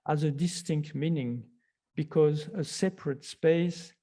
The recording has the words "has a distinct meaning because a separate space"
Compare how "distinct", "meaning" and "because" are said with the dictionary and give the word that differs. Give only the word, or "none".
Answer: none